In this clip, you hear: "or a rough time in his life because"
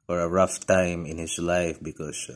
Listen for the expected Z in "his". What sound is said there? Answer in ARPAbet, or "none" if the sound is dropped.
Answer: S